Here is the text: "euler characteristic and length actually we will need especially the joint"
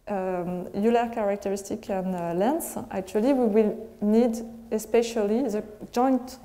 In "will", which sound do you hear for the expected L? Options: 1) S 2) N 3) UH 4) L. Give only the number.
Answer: 4